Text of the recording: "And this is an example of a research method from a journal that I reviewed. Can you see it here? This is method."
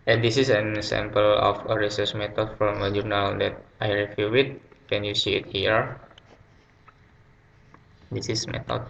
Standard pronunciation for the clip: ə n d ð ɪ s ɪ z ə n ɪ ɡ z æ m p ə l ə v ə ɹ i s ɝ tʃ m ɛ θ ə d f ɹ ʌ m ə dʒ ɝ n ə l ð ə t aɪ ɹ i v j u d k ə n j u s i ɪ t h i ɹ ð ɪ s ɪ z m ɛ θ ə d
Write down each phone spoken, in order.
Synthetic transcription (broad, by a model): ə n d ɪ s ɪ s ə n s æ m p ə l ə f ə ɹ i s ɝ s m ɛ t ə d f ɹ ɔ m ə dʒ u n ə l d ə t aɪ ɹ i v j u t k ə n j u s i ɪ t h i ɹ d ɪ s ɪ s m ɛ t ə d